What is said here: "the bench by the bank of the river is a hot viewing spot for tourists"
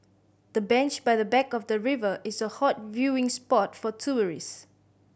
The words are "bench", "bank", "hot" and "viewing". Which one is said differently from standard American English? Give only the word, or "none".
bank